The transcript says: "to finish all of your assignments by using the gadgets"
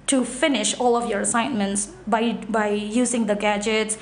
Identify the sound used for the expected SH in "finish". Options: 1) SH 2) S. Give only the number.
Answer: 1